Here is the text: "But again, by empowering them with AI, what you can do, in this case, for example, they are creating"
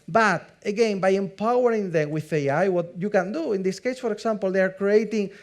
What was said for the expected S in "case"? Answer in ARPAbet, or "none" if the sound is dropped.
S